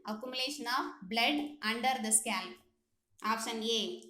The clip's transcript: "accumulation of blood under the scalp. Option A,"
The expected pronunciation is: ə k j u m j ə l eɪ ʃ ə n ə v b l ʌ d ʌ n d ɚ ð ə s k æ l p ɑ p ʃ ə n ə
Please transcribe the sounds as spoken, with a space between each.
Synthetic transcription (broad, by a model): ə k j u m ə l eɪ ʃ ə n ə f b l ʌ d ʌ n d ɚ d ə s k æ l ɑ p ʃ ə n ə